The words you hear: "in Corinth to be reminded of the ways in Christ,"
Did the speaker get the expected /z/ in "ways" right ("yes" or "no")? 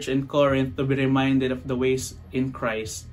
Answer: no